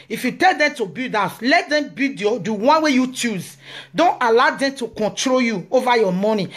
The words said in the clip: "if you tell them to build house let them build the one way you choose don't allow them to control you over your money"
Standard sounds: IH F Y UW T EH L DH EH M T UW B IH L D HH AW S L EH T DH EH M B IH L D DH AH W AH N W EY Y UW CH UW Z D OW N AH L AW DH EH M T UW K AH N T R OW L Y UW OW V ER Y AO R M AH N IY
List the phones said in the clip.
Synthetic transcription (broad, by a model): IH F Y UW T EH L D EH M T UW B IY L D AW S L EH T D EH M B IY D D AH W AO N W EY Y UW CH UW Z D OW N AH L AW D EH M T UW K AH N T R OW L Y UW OW V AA Y AO M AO N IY